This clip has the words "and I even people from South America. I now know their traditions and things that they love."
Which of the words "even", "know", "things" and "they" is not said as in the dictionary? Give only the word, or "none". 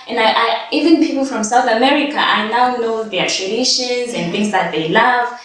none